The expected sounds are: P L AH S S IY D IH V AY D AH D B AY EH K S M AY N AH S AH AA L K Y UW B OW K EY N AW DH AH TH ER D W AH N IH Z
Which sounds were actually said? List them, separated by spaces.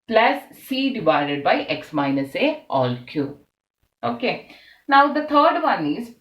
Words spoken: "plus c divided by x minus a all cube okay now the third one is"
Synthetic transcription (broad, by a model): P L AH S S IY D IH V AY D AH D B AY EH K S M AY N AH S AH AA L K Y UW OW K EY N AW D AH T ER D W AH N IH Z